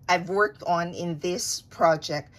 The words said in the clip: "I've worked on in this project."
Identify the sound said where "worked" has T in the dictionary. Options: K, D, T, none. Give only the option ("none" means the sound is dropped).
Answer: T